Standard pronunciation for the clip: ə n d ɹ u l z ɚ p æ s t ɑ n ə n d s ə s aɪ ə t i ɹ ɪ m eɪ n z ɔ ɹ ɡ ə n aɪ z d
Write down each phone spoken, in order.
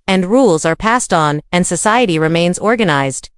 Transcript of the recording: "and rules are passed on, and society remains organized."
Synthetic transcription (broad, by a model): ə n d ɹ u l z ɚ p æ s t n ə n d s ə s aɪ ə t i ɹ ɪ m eɪ n z ɔ ɹ ɡ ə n aɪ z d